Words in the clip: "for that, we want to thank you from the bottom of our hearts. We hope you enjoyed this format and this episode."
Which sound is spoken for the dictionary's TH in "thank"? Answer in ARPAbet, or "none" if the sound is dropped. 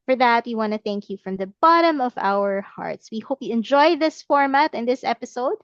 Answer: TH